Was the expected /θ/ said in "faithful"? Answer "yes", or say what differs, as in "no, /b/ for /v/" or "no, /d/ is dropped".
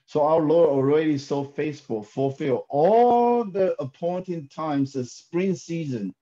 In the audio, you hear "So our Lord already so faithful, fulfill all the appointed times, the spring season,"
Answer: no, /s/ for /θ/